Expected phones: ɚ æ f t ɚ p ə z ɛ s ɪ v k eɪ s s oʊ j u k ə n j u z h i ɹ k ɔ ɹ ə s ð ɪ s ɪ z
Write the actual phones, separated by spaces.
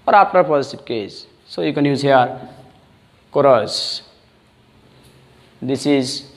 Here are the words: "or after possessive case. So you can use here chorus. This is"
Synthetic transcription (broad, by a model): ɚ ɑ p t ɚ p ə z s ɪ p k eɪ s s oʊ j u k ə n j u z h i ɹ k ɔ ɹ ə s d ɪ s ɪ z